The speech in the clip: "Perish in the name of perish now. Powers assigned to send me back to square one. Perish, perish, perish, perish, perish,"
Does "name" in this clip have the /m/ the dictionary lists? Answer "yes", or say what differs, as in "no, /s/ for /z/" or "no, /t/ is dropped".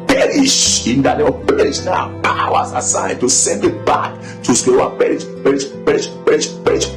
no, /m/ is dropped